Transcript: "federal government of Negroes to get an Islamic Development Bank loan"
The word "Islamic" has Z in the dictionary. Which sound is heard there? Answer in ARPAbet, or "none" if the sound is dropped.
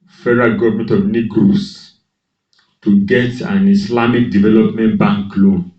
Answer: S